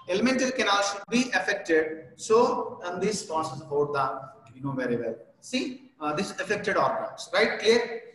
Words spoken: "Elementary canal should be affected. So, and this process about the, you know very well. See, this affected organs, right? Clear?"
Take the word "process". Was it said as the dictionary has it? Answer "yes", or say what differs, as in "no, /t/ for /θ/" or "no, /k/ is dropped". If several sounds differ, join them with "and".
no, /ɹ/ is dropped